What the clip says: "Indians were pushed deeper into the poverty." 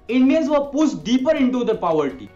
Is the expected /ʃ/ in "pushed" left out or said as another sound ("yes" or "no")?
yes